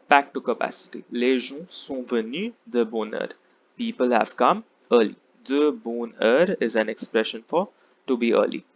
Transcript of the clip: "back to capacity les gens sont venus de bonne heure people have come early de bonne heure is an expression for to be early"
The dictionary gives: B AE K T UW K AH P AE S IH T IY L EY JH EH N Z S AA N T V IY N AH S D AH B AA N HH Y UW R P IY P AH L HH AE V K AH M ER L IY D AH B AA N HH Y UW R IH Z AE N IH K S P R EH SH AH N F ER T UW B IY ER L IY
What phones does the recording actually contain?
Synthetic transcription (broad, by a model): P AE K T UW K AH P AE S IH T IY L EY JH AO S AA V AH N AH D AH B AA N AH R P IY P AH L HH AE V K AH M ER L IY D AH B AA N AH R IH Z AE N IH K S P R EH SH AH N F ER T UW B IY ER L IY